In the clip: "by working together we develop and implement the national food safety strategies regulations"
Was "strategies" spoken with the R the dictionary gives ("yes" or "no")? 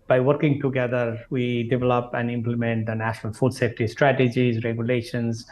yes